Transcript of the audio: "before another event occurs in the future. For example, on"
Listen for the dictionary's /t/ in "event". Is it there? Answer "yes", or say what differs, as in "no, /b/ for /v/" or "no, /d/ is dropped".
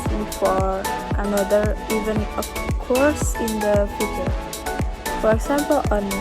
no, /t/ is dropped